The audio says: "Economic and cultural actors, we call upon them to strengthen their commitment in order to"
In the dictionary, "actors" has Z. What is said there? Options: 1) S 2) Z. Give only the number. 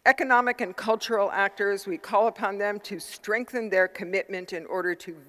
2